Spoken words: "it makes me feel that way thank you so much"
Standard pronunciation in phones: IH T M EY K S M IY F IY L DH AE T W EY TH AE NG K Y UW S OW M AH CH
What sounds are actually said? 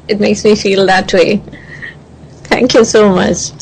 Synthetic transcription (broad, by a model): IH T M EY K S M IY F IY L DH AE T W EY T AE NG K Y UW S OW M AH CH